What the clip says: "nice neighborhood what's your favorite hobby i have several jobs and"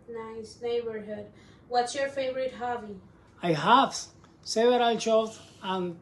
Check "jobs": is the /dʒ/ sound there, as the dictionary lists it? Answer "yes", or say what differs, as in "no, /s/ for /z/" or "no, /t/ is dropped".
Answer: no, /tʃ/ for /dʒ/